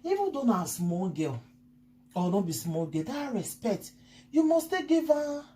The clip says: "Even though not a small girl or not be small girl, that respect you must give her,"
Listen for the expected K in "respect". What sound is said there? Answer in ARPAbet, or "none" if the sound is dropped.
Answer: K